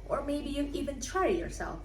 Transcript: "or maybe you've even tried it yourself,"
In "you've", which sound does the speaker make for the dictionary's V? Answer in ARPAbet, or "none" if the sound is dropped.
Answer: none